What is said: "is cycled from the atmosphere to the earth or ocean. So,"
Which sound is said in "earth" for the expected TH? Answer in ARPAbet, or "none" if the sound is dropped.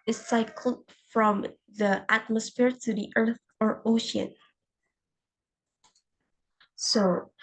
TH